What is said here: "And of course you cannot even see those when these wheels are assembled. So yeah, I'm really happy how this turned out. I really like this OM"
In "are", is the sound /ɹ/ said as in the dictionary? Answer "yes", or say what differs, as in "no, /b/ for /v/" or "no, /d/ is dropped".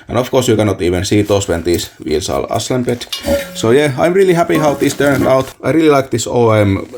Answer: no, /l/ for /ɹ/